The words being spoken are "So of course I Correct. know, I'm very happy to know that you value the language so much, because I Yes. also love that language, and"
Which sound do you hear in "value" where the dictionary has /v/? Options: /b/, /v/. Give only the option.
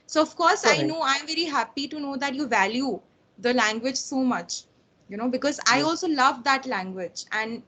/v/